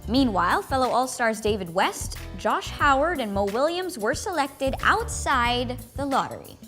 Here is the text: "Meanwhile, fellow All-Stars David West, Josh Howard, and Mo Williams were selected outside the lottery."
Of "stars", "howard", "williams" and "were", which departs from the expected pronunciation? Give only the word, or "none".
none